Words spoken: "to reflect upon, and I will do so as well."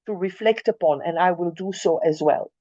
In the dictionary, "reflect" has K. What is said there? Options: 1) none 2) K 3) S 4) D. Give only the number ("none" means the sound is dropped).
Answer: 2